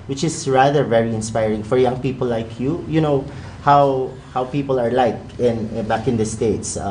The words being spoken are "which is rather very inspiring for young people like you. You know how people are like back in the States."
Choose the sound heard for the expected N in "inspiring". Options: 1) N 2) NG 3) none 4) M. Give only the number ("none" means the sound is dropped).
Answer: 1